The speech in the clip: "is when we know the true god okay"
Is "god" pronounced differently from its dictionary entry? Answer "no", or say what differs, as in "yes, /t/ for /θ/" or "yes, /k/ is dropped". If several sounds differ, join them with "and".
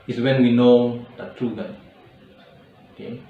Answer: yes, /d/ is dropped